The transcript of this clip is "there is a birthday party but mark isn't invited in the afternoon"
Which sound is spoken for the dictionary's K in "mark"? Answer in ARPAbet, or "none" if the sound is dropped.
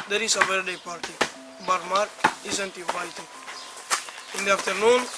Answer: none